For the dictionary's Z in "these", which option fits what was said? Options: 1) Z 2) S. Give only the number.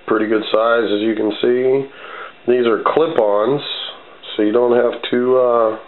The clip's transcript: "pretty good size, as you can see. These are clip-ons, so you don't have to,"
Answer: 1